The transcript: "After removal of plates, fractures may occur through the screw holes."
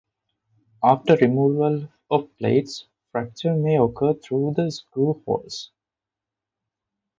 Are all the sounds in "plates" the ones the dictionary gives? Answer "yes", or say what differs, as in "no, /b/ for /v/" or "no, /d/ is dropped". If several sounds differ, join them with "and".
yes